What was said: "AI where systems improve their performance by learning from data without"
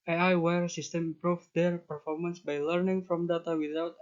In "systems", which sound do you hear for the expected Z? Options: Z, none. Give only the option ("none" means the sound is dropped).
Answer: none